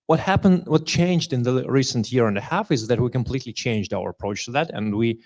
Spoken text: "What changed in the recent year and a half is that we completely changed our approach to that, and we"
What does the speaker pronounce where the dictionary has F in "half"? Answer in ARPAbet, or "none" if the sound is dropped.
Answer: F